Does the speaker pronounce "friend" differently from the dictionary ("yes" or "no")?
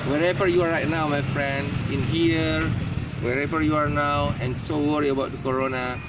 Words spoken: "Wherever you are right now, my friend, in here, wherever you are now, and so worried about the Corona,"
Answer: no